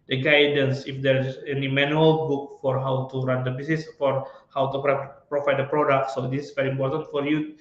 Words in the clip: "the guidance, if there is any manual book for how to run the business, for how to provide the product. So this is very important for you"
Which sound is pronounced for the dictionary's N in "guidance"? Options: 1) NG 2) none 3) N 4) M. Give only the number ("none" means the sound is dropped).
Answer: 3